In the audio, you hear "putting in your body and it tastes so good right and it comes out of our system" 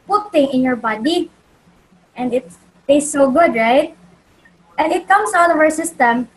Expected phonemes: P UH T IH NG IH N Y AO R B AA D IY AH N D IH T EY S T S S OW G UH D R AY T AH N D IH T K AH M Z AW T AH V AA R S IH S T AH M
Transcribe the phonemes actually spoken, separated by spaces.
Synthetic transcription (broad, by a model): P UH T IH NG IH N Y AO R B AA D IY AH N D IH T S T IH S OW G UH D R AY T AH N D IH T K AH M S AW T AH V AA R S IH S T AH M